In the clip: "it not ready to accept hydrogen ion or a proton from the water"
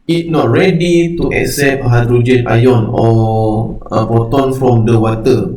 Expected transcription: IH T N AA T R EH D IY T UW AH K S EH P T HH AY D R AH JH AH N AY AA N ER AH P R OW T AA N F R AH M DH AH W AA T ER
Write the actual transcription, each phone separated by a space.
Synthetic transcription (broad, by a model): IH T N AA T R EH D IY T UW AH K S EH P HH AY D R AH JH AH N AY AA N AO AH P OW T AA N F R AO M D AH W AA T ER